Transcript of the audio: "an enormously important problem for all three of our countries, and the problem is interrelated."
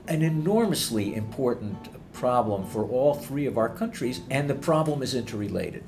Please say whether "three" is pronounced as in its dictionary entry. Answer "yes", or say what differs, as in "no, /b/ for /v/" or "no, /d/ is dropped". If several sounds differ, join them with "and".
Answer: yes